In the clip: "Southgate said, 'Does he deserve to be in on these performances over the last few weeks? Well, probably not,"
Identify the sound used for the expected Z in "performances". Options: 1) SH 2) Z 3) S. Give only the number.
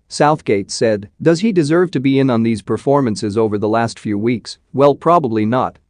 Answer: 2